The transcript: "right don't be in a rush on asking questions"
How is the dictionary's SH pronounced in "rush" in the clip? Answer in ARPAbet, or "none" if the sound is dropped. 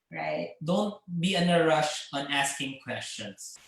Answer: SH